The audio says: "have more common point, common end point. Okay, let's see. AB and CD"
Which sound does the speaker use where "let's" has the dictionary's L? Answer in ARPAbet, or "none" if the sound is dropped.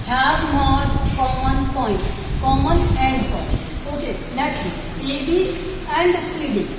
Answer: N